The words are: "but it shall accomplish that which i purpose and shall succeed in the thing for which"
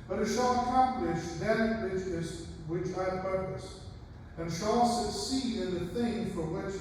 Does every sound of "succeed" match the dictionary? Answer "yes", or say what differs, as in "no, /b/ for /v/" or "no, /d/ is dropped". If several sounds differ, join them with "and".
no, /d/ is dropped